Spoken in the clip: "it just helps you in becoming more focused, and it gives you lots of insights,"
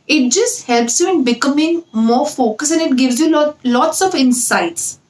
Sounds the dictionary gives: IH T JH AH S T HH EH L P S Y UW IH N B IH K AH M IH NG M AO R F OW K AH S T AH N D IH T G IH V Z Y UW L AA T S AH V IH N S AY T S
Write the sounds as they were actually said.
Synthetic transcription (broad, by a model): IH T JH AH S T HH EH L P S Y UW IH N B IH K AH M IH NG M AO R F OW K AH S AH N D IH T G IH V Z Y UW L AA T S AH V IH N S AY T S